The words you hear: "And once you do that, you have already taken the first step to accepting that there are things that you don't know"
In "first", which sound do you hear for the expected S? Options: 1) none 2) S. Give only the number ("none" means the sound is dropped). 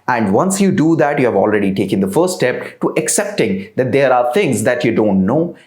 1